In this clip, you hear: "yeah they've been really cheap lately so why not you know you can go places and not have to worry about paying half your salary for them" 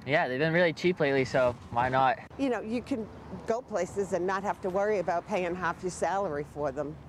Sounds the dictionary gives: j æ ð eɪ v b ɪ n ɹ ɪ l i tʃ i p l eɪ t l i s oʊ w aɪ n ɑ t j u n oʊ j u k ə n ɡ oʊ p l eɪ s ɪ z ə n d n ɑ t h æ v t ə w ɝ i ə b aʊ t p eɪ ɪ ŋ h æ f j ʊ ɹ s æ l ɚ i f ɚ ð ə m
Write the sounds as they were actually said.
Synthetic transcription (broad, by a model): j æ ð eɪ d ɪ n ɹ ɪ l i tʃ i p l eɪ t l i s oʊ w aɪ n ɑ t j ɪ n oʊ j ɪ k ə n ɡ oʊ p l eɪ s ɪ z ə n n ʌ t h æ f t ə w ɝ i ə b aʊ t p eɪ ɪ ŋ h æ f j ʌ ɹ s æ l ɚ i f ɚ ð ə m